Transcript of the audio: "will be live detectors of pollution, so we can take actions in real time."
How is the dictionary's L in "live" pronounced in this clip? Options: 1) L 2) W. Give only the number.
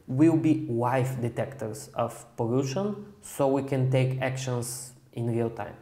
2